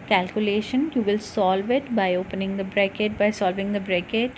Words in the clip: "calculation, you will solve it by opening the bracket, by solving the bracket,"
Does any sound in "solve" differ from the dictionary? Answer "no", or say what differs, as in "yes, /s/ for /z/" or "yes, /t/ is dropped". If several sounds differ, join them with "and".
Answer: no